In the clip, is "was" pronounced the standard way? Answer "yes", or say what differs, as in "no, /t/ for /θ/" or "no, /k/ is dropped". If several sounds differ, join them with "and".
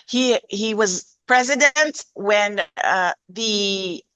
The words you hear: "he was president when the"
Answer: yes